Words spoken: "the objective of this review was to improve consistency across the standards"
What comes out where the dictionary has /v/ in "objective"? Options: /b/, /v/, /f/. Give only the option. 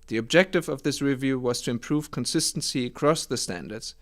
/v/